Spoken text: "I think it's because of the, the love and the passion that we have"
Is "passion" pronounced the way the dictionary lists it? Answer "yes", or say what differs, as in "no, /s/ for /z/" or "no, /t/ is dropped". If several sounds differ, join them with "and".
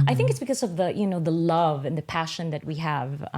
yes